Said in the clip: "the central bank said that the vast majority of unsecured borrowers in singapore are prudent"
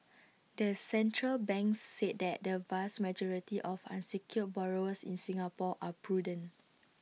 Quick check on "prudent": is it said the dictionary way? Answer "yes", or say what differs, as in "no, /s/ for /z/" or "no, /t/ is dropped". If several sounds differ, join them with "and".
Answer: no, /t/ is dropped